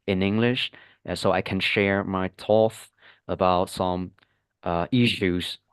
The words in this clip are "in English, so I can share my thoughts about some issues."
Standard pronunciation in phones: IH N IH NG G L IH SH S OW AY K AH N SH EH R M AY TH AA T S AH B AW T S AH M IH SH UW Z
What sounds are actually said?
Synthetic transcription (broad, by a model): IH N IH NG G L IH SH S OW AY K AH N SH EH R M AY T AA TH AH B AW T S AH M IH SH UW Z